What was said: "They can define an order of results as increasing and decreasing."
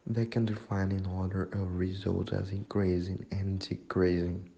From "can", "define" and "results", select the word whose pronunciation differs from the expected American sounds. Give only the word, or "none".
results